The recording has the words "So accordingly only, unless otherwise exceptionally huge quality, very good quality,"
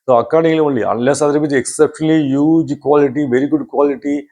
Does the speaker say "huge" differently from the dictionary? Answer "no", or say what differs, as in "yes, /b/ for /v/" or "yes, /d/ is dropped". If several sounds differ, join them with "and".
no